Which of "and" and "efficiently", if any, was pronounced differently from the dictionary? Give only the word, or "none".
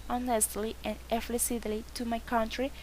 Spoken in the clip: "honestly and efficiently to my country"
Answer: efficiently